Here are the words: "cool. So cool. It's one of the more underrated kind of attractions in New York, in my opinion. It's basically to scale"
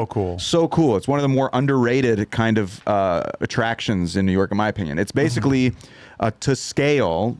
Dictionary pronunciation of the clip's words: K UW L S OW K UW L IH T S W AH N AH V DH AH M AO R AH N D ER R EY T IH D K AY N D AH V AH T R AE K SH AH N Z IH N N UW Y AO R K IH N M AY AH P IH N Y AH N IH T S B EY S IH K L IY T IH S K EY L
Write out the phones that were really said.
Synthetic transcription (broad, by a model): K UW L S OW K UW L IH T S W AH N AH V DH AH M AO R AH N D ER R EY T IH D K AY N D AH V AH T R AE K SH AH N Z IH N N UW Y AO R K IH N M AY AH P IH N Y AH N IH T S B EY S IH K L IY T IH S K EY L